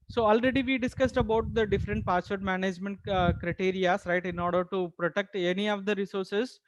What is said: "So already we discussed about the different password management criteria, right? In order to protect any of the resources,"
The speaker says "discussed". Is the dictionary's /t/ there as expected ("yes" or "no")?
yes